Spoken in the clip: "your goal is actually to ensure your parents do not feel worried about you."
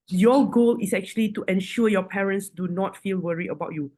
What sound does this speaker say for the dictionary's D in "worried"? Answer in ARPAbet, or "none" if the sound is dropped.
none